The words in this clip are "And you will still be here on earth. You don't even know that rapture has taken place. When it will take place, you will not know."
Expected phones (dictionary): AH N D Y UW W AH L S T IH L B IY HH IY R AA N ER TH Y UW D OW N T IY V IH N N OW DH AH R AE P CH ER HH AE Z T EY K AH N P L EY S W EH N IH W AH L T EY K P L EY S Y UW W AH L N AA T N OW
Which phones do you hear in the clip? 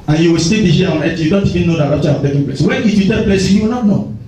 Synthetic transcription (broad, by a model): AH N Y UW W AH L S T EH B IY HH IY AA AA N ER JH Y UW D OW N T IY V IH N N OW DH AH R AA CH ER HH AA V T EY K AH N P L EY S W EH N IH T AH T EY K P L EY S Y UW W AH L N AA T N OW